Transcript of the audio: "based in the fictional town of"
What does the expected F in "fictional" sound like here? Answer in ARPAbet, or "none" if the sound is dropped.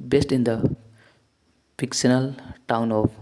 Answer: P